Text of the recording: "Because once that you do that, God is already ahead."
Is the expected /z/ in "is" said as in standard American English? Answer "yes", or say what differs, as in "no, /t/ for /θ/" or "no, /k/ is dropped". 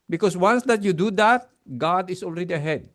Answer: no, /s/ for /z/